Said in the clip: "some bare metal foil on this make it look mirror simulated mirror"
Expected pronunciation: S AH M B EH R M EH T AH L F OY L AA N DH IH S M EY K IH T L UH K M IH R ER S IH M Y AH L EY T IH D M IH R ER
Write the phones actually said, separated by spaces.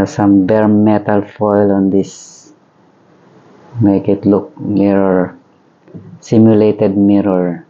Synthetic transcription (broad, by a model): S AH M B EH R M EH T AH L F OY L AA N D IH S M EY K IH T L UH K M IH R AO S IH M Y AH L EY T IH D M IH R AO